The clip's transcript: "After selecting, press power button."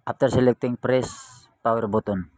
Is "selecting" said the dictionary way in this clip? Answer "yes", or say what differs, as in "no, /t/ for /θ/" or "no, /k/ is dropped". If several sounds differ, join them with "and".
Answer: yes